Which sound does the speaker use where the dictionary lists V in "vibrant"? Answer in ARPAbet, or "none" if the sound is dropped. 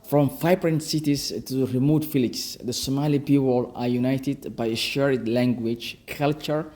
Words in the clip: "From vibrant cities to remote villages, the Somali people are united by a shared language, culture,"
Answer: F